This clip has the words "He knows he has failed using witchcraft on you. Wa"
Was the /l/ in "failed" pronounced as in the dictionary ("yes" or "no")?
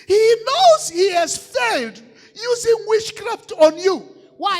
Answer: yes